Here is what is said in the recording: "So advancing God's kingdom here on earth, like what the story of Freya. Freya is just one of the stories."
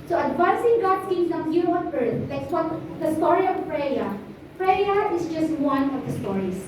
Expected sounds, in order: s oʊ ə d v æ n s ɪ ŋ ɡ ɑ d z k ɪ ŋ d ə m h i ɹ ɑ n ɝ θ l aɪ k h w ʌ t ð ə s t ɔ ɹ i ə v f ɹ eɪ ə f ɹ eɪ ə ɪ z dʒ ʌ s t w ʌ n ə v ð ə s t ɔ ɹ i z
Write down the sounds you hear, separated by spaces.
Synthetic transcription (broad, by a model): s oʊ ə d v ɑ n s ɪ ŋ ɡ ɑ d s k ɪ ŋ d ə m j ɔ w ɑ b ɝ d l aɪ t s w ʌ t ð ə s t ɔ ɹ i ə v p ɹ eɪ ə p ɹ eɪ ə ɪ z dʒ ʌ s t w ʌ n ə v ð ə s t ɔ ɹ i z